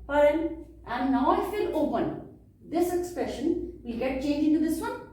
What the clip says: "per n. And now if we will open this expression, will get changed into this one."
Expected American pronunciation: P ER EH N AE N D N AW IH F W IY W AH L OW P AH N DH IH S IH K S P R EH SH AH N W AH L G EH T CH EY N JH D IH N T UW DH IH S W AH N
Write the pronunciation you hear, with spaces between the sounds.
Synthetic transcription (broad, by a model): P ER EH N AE N D N AW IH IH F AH L OW P AH N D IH S IH K S P R EH SH AH N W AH L G EH T CH EY N JH IH N T UW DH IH S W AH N